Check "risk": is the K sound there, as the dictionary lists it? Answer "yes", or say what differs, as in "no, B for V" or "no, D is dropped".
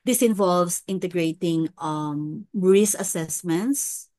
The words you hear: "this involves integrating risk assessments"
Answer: no, K is dropped